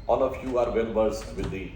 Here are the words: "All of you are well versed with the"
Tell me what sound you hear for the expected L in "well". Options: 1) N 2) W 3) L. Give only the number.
1